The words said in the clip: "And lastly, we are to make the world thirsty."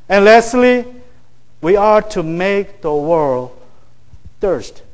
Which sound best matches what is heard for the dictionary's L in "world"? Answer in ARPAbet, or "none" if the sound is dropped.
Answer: L